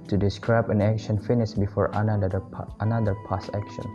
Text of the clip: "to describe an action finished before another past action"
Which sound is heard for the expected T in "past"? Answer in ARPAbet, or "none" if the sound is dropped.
none